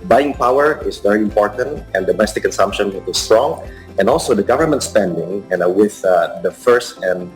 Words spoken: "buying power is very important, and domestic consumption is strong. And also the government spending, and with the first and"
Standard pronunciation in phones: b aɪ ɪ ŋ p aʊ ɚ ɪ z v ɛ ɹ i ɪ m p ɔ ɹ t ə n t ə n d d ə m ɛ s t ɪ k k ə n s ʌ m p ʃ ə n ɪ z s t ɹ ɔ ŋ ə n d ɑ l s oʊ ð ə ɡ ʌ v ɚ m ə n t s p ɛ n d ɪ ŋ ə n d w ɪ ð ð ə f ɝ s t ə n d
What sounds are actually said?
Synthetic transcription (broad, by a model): b aɪ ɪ ŋ p aʊ ɚ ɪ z v ɛ ɹ i ɪ m p ɔ ɹ t ə n t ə n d d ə m ɛ s t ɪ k k ə n s ʌ m p ʃ ə n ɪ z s t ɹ ɔ ŋ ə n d ɑ l s oʊ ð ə ɡ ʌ v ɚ m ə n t s p ɛ n d ɪ ŋ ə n w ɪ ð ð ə f ɝ s t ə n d